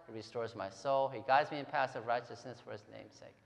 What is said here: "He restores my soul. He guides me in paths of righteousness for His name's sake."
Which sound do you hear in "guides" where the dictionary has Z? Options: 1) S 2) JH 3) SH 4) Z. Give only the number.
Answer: 4